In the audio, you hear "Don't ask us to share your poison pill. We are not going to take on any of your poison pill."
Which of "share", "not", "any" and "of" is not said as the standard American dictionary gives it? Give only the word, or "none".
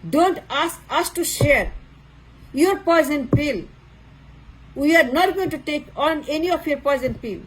of